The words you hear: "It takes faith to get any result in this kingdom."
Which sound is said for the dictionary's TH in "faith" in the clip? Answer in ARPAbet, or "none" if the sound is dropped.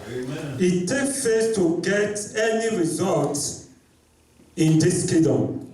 S